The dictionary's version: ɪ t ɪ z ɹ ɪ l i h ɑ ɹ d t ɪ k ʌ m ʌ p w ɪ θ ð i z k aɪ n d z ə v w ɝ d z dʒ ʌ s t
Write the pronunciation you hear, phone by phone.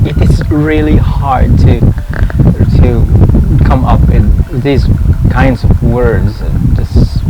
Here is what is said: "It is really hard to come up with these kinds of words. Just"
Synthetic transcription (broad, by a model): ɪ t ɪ s ɹ ɪ l i h ɑ ɹ d t ɪ k ʌ m ʌ p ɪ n ð i z k aɪ n d z ə v w ɝ d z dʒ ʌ s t